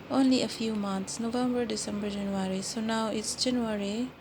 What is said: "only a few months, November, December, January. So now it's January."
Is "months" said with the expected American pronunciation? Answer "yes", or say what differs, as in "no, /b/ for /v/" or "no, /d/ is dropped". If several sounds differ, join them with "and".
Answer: no, /t/ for /θ/